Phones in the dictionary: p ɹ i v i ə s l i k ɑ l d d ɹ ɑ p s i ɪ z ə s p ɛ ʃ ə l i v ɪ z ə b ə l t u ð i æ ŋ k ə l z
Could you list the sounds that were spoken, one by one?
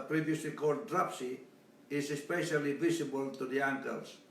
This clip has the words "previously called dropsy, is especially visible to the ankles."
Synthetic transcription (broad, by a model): p ɹ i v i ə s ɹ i k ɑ d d ɹ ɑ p s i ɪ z ə s p ɛ ʃ ə l i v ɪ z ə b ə l t u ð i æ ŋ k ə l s